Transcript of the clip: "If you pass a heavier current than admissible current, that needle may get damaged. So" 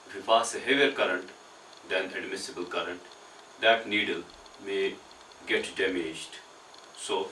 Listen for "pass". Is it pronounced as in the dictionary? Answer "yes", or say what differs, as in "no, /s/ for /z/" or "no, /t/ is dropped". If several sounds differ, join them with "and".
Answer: no, /f/ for /p/